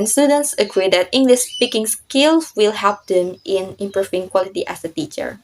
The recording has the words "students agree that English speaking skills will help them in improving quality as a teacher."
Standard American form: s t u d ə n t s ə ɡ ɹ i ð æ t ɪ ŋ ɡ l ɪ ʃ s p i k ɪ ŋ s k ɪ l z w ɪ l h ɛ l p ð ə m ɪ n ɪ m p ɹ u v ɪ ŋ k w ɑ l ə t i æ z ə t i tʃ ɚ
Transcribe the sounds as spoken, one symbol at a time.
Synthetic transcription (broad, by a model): s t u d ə n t s ə ɡ ɹ i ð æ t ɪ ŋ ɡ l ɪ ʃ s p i k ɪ ŋ s k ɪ l s w ɪ l h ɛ p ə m ɪ n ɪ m p ɹ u f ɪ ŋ k w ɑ l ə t i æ s ə t i tʃ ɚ